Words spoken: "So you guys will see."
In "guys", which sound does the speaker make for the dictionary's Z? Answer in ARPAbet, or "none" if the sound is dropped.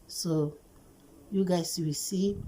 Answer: S